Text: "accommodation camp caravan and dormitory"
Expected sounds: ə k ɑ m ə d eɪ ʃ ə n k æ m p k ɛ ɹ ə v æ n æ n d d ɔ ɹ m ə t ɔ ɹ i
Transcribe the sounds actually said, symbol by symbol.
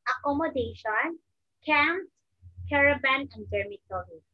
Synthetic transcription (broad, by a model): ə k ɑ m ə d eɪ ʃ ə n k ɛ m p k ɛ ɹ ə b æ n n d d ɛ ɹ m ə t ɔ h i